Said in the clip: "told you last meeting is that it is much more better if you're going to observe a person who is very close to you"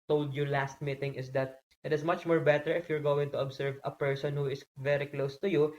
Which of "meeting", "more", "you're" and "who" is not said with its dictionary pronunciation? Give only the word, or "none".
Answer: none